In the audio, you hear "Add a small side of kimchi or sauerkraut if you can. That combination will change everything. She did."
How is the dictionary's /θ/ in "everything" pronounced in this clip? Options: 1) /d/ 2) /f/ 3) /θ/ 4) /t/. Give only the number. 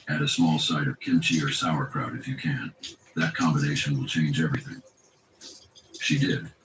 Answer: 3